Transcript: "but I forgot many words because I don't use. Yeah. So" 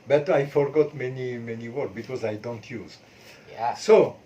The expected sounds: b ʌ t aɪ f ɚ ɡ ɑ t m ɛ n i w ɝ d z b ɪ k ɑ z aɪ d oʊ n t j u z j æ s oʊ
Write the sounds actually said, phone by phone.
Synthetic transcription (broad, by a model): b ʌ t aɪ f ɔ ɡ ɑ t m ɛ n i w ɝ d b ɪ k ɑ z aɪ d oʊ n t j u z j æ s oʊ